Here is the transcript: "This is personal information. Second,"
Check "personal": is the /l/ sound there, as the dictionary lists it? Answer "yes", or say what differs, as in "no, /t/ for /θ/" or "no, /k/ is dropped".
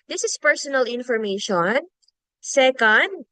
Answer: yes